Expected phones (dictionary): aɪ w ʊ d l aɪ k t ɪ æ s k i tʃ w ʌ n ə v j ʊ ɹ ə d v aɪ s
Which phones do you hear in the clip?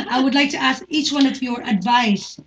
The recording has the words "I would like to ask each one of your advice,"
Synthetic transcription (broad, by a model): aɪ w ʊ d l aɪ k t ɪ æ s k i tʃ w ʌ n ə v j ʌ ɹ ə d v aɪ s